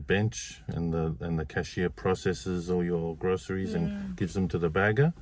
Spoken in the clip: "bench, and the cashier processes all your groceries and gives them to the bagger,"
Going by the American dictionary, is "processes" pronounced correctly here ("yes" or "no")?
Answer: yes